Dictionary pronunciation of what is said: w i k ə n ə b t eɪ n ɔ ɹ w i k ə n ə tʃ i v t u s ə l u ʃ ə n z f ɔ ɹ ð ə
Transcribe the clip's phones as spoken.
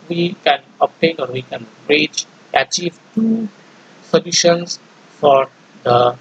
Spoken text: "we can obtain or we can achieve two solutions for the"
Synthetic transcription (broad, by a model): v i k ə n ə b t eɪ n ɔ ɹ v i k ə n ə tʃ i v t u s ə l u ʃ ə n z f ɔ ɹ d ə